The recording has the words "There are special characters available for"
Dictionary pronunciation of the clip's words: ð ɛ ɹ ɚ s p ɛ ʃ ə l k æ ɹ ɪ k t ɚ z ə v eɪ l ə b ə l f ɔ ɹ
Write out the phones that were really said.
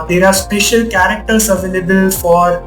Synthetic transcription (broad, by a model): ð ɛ ɹ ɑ s p ɛ ʃ ə l k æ ɹ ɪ k t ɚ s ə v eɪ l ə b ə l f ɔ ɹ